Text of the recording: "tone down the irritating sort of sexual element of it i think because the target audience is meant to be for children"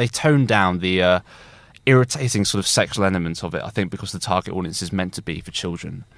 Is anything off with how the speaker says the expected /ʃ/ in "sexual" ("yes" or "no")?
no